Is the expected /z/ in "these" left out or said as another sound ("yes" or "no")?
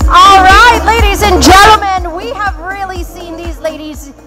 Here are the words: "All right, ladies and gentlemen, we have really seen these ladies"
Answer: no